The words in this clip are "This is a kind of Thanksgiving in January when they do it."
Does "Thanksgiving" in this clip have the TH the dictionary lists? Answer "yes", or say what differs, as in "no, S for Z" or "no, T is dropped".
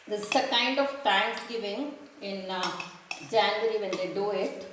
no, T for TH